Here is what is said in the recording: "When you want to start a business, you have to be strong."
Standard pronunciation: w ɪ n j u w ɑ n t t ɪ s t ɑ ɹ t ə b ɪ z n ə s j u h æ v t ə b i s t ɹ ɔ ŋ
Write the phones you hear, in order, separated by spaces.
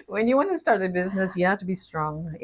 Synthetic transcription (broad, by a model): w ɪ n j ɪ w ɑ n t t ɪ s t ɑ ɹ t ə b ɪ z n ə s j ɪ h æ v t ə b i s t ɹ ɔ ŋ